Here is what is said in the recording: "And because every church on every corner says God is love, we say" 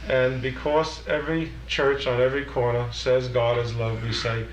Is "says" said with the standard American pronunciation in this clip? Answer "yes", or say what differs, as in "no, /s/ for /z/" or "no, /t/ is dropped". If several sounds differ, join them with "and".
yes